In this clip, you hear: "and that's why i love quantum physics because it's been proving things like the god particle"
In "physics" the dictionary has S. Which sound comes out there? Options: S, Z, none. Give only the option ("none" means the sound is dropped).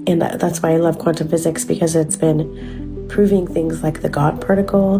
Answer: S